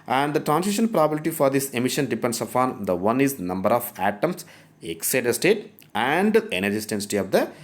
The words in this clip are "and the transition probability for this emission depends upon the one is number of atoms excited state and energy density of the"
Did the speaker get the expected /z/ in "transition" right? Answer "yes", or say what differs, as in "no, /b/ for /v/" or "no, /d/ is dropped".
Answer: no, /s/ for /z/